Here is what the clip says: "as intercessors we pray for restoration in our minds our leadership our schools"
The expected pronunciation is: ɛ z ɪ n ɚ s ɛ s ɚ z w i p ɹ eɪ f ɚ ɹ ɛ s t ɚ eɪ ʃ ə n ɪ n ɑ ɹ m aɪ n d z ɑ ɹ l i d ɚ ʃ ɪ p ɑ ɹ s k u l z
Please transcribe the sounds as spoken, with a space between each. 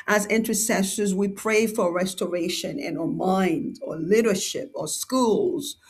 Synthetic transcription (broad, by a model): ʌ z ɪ n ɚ s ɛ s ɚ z w i p ɹ eɪ f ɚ ɹ ɛ s t ɚ eɪ ʃ ə n ɪ n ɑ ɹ m aɪ n d ɑ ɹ l i d ɚ ʃ ɪ p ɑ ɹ s k u l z